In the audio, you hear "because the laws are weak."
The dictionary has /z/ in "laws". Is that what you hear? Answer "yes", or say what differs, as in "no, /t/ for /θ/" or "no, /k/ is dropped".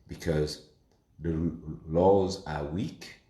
yes